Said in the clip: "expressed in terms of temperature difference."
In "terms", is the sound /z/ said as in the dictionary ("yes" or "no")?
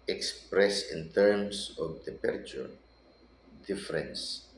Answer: no